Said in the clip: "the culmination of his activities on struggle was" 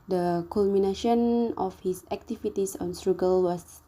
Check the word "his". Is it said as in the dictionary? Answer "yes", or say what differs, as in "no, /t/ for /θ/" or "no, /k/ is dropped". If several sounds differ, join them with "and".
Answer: no, /s/ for /z/